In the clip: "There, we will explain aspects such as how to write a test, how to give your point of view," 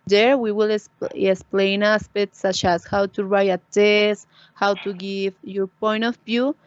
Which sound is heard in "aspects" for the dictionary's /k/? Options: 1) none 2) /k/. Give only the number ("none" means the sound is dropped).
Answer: 1